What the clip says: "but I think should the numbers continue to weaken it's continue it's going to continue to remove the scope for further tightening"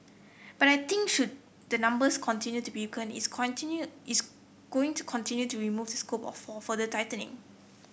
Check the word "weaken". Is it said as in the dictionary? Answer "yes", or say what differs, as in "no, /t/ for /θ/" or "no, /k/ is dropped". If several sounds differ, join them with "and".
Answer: no, /k/ is dropped